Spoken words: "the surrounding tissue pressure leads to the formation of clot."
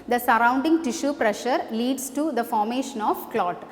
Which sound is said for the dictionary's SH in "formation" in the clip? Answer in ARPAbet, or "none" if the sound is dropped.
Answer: SH